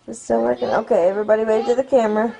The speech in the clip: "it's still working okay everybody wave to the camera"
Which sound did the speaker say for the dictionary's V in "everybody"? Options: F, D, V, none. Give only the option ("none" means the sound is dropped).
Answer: V